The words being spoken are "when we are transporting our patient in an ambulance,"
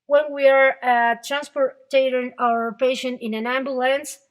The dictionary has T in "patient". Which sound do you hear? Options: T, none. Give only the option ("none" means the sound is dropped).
none